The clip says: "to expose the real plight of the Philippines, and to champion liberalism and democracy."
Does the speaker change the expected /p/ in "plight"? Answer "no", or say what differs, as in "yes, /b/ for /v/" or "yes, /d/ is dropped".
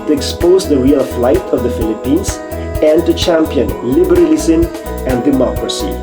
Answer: yes, /f/ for /p/